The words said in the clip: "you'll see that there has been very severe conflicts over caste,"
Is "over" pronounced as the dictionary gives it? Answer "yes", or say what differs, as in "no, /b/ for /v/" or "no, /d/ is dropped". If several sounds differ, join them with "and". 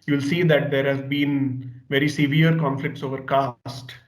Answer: yes